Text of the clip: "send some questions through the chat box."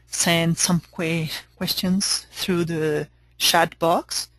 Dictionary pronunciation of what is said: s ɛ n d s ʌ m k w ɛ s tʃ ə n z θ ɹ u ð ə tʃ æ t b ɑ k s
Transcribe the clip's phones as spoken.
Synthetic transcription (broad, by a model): s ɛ n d s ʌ m k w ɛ s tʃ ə n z θ ɹ u ð ə ʃ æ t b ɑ k s